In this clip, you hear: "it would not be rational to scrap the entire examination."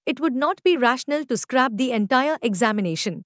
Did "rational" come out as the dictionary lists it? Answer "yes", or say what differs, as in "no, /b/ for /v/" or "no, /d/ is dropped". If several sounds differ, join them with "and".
yes